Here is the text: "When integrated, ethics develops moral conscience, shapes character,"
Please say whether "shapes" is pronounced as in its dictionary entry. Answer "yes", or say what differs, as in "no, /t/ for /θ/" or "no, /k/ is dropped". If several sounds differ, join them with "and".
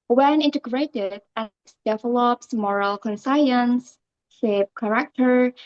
no, /s/ is dropped